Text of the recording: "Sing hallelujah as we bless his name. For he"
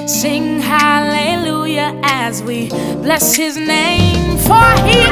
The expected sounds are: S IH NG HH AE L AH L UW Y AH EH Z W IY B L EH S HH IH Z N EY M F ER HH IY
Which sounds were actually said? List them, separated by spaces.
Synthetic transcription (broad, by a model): S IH NG HH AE L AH L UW Y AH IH Z W IY B L EH S HH IH Z N EY M F ER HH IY